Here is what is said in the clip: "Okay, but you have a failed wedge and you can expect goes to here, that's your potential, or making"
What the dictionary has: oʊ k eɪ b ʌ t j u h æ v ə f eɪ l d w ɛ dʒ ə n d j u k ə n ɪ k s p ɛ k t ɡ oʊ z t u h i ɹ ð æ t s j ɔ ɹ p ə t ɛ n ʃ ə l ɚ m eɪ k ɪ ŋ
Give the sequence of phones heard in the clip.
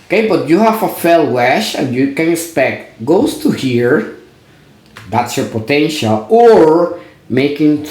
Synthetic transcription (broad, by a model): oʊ k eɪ b ʌ t j u h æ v ə f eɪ l w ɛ ʃ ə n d j u k ə n ɪ k s p ɛ k t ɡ oʊ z t u h i ɹ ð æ t s j ɔ ɹ p ə t ɛ n ʃ ə l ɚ m eɪ k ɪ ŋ